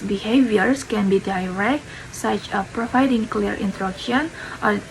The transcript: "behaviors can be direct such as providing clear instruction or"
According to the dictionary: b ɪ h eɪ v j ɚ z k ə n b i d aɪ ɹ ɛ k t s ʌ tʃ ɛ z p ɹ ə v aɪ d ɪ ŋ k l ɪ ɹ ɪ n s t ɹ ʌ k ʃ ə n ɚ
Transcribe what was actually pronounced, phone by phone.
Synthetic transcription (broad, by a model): b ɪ h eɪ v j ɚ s k ə n b i d aɪ ɹ ɛ k t s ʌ tʃ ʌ p ɹ ə v aɪ d ɪ ŋ k l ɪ ɹ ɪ n t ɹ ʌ k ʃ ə n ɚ